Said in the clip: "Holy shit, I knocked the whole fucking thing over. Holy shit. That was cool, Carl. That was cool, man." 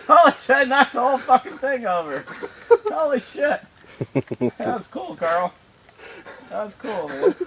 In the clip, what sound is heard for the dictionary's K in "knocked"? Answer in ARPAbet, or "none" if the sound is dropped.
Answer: none